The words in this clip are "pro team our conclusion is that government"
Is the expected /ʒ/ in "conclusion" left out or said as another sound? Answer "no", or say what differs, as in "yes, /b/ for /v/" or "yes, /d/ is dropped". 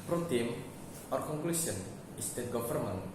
yes, /s/ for /ʒ/